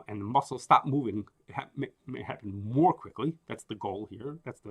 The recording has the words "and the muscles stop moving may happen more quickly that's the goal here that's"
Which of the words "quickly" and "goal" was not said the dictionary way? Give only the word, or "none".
none